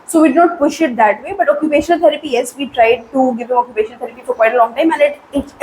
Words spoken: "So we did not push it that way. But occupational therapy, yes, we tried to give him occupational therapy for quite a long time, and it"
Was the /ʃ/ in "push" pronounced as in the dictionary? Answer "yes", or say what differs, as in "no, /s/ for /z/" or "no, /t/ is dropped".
yes